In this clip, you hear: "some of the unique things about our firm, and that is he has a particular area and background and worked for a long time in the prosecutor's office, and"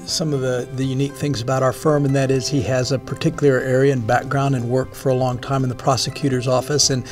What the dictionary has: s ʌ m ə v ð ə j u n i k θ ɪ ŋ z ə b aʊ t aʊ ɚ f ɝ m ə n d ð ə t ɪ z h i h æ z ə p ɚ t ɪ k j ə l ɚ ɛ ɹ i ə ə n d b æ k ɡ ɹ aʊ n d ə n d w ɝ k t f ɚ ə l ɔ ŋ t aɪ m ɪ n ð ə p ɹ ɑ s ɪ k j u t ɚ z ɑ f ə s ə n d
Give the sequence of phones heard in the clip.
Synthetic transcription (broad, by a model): s ʌ m ə v ð ə j u n i k θ ɪ ŋ z ə b aʊ t aʊ ɚ f ɝ m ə n ð ə t ɪ z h i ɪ z ə p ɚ t ɪ k j l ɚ ɛ ɹ i ə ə n b æ k ɡ ɹ aʊ n d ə n w ɝ k f ɚ ə l ɔ ŋ t aɪ m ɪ n ð ə p ɹ ɑ s ɪ k j u t ɚ z ɑ f ə s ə n